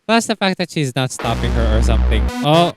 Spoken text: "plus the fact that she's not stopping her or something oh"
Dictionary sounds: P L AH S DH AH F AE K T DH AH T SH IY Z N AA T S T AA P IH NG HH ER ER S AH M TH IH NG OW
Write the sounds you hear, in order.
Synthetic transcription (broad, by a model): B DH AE S DH AH F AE K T DH AH T SH IY Z N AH T S T AA P IH NG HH ER ER S AH M TH IH NG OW